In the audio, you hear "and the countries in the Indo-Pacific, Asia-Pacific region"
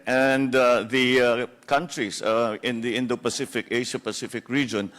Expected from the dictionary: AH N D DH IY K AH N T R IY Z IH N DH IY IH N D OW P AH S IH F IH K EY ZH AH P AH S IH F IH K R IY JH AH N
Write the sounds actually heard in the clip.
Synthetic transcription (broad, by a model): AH N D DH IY K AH N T R IY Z IH N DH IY IH N D OW P AH S IH F IH K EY SH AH P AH S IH F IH K R IY JH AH N